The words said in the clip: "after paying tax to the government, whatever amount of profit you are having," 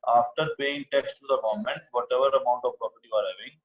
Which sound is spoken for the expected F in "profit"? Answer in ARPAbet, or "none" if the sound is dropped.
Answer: P